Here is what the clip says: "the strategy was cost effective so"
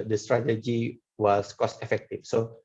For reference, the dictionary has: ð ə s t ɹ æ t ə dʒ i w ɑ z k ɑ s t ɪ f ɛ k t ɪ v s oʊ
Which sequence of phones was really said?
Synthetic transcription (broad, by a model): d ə s t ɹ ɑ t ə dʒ i w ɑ s k ɑ s t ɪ f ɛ k t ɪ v s oʊ